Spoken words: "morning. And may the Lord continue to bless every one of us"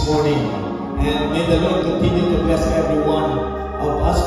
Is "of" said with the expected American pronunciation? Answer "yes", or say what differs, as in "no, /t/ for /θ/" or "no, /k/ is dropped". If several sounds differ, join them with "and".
no, /p/ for /v/